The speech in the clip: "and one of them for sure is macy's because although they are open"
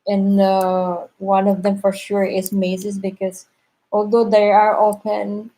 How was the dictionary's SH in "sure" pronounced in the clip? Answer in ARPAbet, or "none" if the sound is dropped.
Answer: SH